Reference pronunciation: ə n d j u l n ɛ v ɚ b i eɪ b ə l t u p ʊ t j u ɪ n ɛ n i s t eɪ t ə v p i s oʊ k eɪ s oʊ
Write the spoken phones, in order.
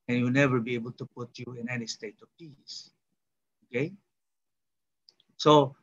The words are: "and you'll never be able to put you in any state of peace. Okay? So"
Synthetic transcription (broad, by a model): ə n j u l n ɛ v ɚ b i eɪ b ə l t u p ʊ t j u ɪ n ɛ n i s t eɪ t ə v p i s oʊ k eɪ s oʊ